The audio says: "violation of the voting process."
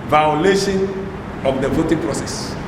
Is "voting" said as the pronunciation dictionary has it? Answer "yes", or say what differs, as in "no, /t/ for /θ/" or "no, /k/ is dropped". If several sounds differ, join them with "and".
yes